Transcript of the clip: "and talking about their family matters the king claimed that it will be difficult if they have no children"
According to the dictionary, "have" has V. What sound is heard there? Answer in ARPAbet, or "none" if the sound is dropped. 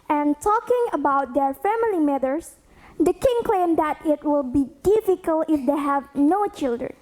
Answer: V